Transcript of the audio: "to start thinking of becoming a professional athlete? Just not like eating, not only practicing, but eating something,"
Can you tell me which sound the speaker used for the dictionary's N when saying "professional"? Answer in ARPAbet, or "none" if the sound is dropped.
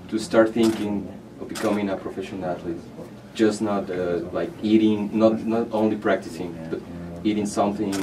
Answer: none